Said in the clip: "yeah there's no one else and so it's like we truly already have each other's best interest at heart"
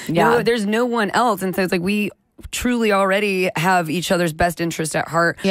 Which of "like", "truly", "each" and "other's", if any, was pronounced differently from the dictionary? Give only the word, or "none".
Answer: none